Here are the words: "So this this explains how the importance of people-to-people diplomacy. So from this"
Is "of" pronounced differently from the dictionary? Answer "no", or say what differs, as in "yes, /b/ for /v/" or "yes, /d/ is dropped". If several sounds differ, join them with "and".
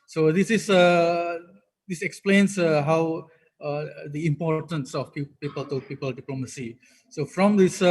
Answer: yes, /p/ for /v/